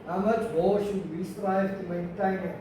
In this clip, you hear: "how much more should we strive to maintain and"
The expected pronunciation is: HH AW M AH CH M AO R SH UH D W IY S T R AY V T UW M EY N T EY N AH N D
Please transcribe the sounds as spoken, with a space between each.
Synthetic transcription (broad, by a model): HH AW M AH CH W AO L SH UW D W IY S T R AY V T UW M EY N T EY N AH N